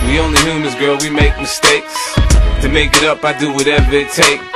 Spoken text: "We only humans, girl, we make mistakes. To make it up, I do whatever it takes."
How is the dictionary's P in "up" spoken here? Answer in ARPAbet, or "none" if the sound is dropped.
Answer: P